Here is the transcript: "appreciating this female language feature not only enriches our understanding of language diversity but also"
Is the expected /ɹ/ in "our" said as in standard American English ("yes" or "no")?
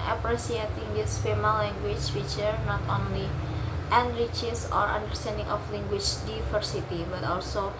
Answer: yes